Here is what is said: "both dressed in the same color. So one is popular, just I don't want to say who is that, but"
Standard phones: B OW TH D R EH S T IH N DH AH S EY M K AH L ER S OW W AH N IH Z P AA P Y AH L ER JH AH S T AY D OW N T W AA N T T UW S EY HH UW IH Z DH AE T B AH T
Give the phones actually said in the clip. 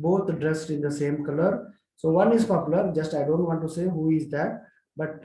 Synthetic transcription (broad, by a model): B OW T D R EH S T IH N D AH S EY M K AH L ER S OW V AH N IH Z P AA P Y AH L ER JH AH S T AY D OW N T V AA N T T UW S EY HH UW IH Z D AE T B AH T